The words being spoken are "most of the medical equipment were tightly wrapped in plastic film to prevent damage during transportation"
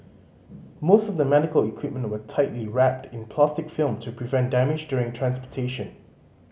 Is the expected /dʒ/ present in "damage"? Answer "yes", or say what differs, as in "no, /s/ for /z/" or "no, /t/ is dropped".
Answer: yes